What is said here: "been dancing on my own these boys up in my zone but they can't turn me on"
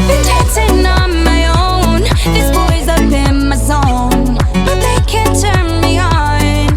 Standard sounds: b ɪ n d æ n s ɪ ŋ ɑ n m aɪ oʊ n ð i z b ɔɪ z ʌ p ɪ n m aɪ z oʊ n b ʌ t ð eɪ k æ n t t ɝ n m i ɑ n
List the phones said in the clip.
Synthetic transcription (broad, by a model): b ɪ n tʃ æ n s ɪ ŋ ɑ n m aɪ oʊ n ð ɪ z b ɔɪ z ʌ b ɪ n m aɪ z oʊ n b ʌ t ð eɪ k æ n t t ɝ n m i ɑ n